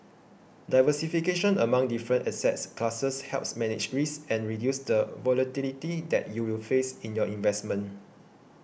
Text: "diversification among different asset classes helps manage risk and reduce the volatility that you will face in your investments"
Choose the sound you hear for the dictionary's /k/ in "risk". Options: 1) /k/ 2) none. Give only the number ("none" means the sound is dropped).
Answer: 2